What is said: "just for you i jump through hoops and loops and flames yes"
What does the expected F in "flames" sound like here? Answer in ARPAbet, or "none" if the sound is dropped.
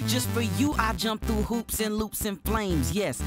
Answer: F